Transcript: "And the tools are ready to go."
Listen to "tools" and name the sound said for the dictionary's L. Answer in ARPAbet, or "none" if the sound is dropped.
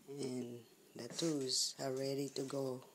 none